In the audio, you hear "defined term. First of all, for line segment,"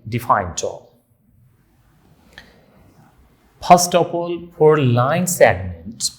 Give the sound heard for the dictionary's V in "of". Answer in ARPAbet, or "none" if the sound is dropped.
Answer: P